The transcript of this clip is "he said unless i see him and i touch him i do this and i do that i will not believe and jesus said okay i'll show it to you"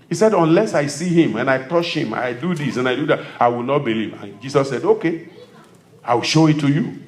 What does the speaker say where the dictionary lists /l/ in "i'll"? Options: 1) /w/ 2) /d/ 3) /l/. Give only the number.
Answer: 1